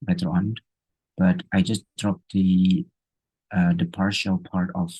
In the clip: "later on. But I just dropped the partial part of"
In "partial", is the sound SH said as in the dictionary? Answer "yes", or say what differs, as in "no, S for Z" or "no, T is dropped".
yes